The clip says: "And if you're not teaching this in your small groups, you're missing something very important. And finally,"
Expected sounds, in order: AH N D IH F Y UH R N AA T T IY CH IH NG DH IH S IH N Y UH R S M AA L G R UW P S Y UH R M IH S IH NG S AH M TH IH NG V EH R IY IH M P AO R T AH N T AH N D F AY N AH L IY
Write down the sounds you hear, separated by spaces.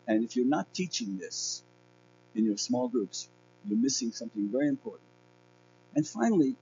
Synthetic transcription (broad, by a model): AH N IH F Y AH R N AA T T IY CH IH NG DH IH S IH N Y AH R S M AA L G R UW P S Y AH R M IH S IH NG S AH M TH IH NG V EH R IY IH M P AO R T N T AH N F AY N L IY